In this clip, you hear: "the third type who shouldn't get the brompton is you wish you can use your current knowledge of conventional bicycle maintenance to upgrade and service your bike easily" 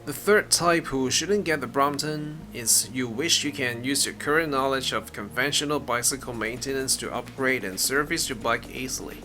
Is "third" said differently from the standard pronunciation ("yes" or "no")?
no